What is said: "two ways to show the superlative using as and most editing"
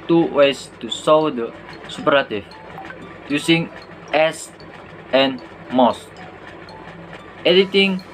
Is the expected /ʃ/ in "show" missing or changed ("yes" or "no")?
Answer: yes